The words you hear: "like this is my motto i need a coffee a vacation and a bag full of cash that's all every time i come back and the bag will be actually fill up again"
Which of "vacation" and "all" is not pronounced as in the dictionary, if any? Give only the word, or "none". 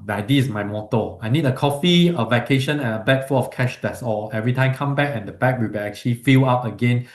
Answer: none